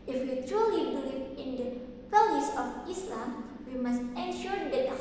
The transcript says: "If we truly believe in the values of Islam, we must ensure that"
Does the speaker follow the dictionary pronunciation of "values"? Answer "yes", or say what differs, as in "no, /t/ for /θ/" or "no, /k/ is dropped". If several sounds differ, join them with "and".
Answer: no, /p/ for /v/ and /s/ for /z/